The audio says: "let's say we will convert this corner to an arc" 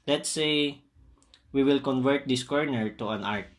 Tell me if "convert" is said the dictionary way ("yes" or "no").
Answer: yes